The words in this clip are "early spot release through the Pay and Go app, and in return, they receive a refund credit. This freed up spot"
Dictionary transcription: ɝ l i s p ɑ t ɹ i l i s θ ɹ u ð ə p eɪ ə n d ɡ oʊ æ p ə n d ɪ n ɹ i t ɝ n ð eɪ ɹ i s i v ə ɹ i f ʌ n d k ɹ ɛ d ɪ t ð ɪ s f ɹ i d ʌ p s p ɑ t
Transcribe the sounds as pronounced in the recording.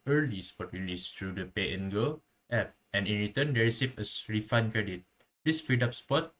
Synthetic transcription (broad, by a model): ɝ l i s p ɑ t ɹ i l i s t ɹ u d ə p eɪ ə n ɡ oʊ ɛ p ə n ɪ n ɹ i t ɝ n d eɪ ɹ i s i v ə ɹ i f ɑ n k ɹ ɛ d ɪ t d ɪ s f ɹ i d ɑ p s p ɑ t